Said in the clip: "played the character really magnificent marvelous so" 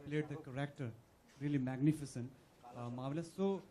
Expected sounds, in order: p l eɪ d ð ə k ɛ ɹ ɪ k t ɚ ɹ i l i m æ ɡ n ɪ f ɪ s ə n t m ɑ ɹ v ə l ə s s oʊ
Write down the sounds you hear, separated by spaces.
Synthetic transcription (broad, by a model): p l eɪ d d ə k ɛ ɹ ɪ k t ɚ ɹ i l i m æ ɡ n ɪ f ɪ s ə n t m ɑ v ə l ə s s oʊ